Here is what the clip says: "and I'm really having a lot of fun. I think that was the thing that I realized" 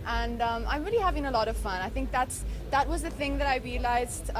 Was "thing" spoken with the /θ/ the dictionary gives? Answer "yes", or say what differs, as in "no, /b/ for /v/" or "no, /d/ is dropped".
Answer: yes